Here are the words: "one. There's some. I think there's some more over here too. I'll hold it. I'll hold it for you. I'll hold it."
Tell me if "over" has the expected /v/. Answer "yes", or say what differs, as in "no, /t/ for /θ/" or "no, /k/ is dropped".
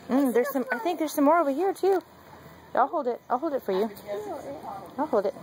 yes